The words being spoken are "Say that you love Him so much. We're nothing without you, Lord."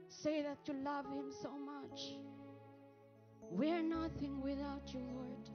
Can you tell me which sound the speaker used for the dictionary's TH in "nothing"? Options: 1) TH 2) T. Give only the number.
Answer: 1